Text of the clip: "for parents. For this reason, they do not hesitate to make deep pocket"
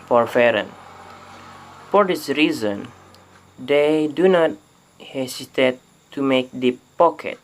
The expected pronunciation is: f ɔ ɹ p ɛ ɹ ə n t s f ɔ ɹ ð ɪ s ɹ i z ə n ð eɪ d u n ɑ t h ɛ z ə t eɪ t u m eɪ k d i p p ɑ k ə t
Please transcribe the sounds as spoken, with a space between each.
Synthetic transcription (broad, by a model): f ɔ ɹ f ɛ ɹ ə n f ɔ ɹ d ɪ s ɹ i z ə n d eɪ d u n ɑ t h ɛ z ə t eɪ t u m eɪ k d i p p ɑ k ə t